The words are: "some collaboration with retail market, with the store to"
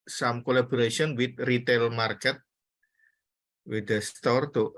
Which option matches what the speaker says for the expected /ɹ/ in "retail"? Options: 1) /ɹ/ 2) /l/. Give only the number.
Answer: 1